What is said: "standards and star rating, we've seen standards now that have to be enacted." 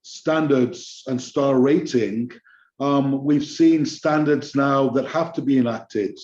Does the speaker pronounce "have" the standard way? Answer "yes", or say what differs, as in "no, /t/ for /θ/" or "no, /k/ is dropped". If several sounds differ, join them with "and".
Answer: no, /f/ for /v/